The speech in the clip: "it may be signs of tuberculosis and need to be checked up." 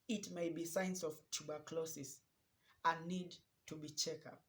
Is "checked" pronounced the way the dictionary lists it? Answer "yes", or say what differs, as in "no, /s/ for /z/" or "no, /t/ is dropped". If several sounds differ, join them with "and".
no, /t/ is dropped